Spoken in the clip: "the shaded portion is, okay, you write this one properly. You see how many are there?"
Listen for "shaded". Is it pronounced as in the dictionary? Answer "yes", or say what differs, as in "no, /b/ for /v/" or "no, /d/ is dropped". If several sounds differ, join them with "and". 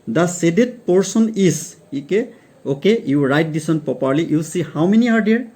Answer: no, /s/ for /ʃ/